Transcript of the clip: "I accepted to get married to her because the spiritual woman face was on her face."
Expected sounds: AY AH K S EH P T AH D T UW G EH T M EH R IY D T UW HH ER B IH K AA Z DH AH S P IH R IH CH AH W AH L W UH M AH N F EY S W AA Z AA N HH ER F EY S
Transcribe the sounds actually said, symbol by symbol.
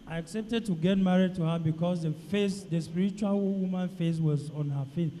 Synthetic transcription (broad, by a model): AY AH K S EH P T AH D T UW G EH T M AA R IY D T UW HH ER B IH K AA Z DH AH S P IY R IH CH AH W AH L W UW M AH N F EY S W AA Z AA N HH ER F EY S